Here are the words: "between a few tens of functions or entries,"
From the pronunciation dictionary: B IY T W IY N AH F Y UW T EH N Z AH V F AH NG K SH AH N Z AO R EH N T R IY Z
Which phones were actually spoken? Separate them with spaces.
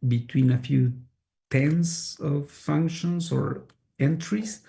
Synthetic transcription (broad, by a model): B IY T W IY N AH F Y UW T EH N S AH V F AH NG K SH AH N S AO R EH N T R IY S